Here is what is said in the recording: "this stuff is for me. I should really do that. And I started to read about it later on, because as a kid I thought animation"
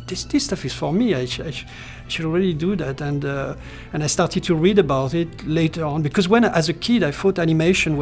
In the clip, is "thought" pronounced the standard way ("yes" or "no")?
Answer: no